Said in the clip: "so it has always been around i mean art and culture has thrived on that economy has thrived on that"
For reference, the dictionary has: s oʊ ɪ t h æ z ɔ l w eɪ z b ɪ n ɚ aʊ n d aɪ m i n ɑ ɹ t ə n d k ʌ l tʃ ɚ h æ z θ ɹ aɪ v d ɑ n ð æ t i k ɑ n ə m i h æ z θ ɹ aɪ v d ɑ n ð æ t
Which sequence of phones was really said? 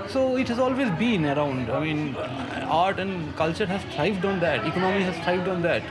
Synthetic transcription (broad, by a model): s oʊ ɪ t h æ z ɔ l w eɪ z b ɪ n ɚ aʊ n d aɪ m i n ɑ ɹ t ə n d k ʌ l tʃ ɚ h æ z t ɹ aɪ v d ɑ n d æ t i k ɑ n ə m i h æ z t ɹ aɪ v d ɑ n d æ t